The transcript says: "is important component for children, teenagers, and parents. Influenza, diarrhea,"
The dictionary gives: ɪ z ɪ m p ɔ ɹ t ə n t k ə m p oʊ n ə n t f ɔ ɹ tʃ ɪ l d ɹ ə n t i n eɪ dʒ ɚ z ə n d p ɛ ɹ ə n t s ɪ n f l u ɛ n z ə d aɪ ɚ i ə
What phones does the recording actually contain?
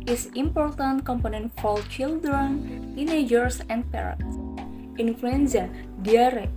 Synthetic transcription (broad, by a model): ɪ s ɪ m p ɔ ɹ t ə n t k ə m p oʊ n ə n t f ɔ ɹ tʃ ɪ l d ɹ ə n t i n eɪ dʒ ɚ s ə n d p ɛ ɹ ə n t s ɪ n f l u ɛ n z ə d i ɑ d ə